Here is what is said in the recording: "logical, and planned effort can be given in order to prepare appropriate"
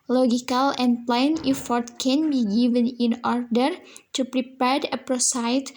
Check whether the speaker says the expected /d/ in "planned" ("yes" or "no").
no